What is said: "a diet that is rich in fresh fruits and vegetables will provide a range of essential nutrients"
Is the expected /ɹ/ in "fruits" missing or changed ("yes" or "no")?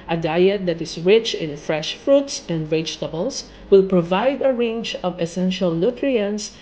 no